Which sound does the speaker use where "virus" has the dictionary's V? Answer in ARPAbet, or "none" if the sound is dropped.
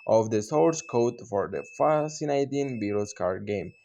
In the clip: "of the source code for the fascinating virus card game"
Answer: B